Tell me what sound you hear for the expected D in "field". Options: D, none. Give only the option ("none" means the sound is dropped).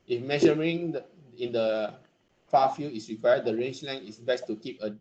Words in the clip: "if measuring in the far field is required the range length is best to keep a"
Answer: none